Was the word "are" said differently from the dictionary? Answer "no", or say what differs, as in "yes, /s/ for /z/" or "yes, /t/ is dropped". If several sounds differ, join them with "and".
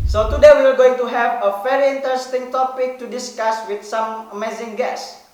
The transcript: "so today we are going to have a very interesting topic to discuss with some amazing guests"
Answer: yes, /l/ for /ɹ/